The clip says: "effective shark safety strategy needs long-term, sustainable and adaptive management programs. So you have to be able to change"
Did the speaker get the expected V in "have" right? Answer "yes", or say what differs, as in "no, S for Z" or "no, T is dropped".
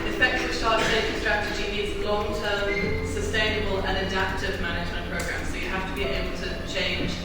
no, F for V